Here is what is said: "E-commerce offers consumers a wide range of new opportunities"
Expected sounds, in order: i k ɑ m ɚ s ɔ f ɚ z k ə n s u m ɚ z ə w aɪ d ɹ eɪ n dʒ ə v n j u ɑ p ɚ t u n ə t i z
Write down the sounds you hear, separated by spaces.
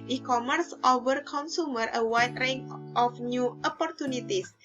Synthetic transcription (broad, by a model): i k ɑ m ɚ s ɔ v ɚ k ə n s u m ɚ ə w aɪ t ɹ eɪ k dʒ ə f n j u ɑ p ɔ t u n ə t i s